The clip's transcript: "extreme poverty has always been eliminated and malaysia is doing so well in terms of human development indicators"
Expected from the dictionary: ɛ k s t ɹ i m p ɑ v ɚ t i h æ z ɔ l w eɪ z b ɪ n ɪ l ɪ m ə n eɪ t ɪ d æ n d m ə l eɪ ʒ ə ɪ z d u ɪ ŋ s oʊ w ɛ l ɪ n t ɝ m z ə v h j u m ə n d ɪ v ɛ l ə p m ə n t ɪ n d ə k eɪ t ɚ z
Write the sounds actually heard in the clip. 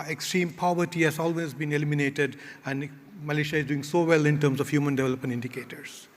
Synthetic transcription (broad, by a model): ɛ k s t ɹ i m p ɑ v ɚ t i h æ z ɔ l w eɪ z b ɪ n ɪ l ɪ m ə n eɪ t ɪ d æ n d m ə l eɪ ʃ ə ɪ z d u ɪ ŋ s oʊ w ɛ l ɪ n t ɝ m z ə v h j u m ə n d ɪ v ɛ l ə p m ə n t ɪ n d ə k eɪ t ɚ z